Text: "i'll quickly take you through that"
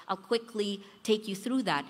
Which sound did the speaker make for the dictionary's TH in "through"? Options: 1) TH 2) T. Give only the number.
1